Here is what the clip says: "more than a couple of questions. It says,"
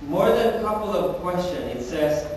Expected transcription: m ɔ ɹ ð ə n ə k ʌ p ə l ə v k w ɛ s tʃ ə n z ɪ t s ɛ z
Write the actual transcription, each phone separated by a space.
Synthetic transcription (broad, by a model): m ɔ ɹ ð ə n ə k ʌ p l ə v k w ɛ s tʃ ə n ɪ t s ɛ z